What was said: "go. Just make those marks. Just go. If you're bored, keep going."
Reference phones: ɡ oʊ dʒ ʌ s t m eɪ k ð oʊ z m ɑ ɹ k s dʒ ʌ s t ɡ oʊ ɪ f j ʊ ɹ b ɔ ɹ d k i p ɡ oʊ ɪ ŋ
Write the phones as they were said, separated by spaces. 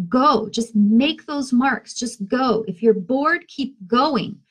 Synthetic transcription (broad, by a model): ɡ oʊ dʒ ʌ s t m eɪ k ð oʊ z m ɑ ɹ k s dʒ ʌ s t ɡ oʊ ɪ f j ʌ ɹ b ɔ ɹ d k i p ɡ oʊ ɪ ŋ